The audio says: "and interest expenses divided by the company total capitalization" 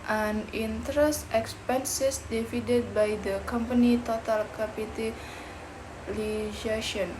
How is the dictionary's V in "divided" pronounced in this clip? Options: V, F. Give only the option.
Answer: F